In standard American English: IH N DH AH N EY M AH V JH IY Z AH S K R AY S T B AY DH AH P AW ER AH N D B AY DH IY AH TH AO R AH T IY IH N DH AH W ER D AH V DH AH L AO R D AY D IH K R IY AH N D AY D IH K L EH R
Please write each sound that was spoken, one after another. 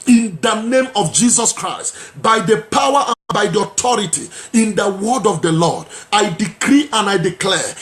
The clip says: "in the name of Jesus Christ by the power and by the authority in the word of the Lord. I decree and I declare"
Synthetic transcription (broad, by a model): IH N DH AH N EY M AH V JH IY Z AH S K R AY S T B AY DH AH P AW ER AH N B AY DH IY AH T AO R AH T IY IH N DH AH W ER D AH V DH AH L AO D AY D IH K R IY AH N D AY D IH K L EH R